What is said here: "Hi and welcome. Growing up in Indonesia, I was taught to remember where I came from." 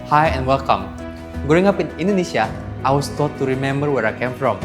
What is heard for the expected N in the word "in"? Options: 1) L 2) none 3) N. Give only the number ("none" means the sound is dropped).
3